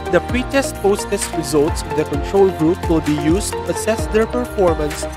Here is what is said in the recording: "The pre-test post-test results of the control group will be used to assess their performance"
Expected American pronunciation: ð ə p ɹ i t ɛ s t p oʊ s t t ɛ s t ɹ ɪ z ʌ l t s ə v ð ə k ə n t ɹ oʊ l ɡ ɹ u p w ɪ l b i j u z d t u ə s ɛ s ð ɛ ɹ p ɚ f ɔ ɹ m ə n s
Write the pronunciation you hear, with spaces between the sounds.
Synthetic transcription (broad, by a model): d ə p ɹ i t ɛ s t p oʊ s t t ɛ s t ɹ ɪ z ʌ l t s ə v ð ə k ə n t ɹ oʊ l ɡ ɹ u p w ɪ l b i j u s t u ə s ɛ s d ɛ ɹ p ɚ f ɔ ɹ m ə n s